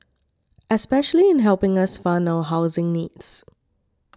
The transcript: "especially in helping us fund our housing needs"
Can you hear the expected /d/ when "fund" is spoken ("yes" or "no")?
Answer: no